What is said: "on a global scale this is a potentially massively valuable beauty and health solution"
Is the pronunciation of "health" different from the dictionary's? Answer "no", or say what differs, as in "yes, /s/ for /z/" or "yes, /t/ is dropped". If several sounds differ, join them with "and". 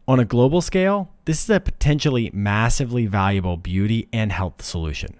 no